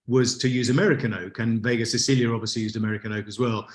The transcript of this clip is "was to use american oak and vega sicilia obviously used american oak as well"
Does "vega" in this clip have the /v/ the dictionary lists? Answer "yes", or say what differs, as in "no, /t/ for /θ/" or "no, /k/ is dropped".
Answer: yes